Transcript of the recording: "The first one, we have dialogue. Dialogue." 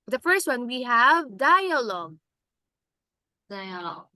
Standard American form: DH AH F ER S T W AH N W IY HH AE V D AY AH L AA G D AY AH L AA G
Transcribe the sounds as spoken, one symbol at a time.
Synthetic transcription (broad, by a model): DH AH F ER S T W AH N W IY HH AE V D AY AH L AA G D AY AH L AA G